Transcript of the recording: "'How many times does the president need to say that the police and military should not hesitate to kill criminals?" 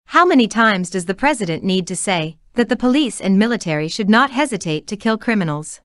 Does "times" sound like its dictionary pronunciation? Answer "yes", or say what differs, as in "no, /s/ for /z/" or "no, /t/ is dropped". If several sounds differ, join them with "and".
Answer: yes